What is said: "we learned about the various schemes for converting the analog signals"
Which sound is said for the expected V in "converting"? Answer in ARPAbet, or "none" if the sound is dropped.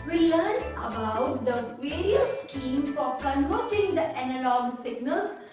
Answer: none